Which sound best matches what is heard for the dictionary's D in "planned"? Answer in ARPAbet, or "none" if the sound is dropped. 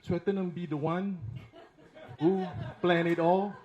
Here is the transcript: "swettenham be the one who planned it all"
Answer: none